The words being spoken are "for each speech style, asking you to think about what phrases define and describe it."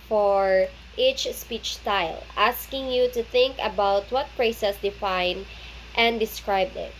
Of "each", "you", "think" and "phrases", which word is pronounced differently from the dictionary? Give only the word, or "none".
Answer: phrases